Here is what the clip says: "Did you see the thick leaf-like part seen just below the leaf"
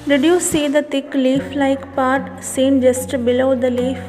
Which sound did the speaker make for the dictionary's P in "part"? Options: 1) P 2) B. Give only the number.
1